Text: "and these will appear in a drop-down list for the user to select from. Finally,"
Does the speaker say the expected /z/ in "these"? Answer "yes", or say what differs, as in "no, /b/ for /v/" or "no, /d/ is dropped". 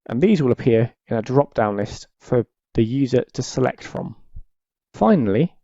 yes